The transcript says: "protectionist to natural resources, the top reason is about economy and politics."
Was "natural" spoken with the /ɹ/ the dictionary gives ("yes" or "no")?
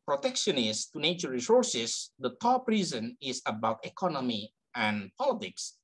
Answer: no